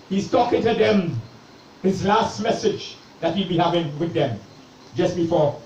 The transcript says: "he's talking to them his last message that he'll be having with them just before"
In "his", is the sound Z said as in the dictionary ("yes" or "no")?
yes